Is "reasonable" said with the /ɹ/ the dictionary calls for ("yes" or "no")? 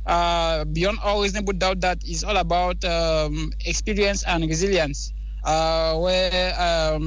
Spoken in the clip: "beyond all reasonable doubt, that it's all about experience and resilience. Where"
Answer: no